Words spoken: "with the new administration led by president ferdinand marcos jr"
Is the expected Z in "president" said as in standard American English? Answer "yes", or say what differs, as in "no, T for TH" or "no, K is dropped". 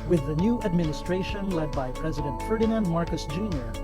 yes